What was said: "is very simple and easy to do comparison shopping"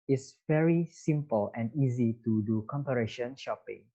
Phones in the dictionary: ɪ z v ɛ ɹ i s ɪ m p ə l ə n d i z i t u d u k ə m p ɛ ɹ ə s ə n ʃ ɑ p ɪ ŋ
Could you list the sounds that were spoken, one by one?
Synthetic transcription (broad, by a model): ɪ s v ɛ ɹ i s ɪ m p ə l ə n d i z i t u d u k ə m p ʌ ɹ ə ʃ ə n ʃ ɑ p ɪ ŋ